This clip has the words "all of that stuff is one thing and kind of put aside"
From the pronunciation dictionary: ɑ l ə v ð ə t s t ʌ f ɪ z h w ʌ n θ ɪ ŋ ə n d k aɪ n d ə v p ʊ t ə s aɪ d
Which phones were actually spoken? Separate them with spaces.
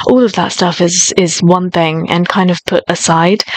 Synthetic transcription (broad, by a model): ɑ l ə v ð ə t s t ʌ f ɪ z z w ʌ n θ ɪ ŋ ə n k aɪ n d ə v p ʊ t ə s aɪ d